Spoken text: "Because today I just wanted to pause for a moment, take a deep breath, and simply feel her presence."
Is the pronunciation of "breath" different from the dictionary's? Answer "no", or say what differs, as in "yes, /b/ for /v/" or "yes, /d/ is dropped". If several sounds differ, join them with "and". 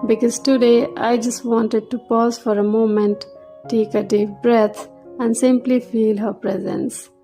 yes, /t/ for /θ/